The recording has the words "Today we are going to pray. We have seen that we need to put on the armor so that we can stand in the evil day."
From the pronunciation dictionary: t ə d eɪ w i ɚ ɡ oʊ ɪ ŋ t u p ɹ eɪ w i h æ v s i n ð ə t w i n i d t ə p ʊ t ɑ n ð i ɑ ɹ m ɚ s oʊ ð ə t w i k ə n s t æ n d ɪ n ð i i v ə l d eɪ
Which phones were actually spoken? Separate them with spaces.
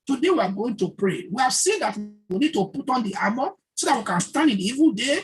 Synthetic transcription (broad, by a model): t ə d eɪ w i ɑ ɡ oʊ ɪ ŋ t u p ɹ eɪ w i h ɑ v s i n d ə t w i n i d t ə p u t ɑ n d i ɑ m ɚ s oʊ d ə t w i k ə n s t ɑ n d ɪ n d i i v ə l d eɪ